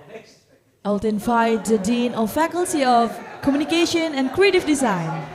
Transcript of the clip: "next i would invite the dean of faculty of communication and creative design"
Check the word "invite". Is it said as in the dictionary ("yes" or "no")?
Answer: no